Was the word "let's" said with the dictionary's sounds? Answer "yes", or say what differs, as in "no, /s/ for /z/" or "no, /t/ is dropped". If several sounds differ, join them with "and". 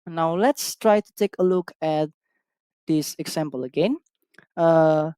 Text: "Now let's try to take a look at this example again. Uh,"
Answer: yes